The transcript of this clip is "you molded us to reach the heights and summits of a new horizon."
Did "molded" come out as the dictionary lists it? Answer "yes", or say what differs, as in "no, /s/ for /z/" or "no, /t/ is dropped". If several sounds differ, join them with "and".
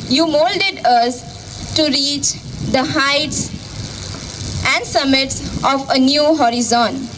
yes